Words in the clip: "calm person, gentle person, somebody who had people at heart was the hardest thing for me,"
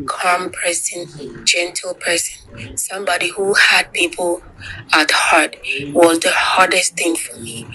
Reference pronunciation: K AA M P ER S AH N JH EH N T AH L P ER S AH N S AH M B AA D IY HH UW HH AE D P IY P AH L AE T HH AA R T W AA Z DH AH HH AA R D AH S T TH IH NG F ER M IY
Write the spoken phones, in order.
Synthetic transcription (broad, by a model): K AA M P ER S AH N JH EH N T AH L P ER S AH N S AH M B AA D IY HH UW HH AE D P IY P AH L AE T HH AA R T W AA Z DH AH HH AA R D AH S T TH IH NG F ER M IY